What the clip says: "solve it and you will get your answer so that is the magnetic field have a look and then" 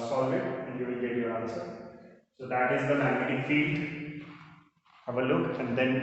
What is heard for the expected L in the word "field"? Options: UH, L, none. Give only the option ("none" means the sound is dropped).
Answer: L